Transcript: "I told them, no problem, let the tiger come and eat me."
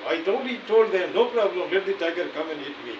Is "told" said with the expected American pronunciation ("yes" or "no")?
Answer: no